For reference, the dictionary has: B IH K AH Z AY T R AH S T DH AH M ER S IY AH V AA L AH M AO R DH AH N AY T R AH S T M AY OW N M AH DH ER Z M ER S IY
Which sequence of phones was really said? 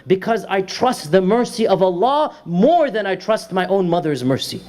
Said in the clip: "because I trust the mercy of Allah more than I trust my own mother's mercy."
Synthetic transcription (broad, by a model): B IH K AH Z AY T R AH S T DH AH M ER S IY AH V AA L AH M AO R DH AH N AY T R AH S T M AY OW N M AH DH ER Z M ER S IY